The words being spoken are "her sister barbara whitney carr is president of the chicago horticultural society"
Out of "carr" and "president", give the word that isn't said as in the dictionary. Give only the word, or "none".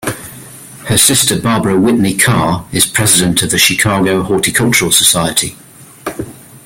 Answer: none